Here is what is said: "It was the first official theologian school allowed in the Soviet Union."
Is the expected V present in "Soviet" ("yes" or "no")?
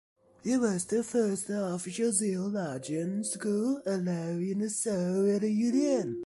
no